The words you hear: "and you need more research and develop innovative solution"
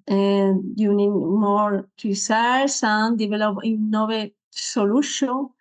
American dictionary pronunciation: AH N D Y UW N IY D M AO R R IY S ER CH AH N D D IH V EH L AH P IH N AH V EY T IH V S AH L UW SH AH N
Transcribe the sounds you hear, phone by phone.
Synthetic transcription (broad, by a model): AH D Y UW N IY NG M AO R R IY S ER S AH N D D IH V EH L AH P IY N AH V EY S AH L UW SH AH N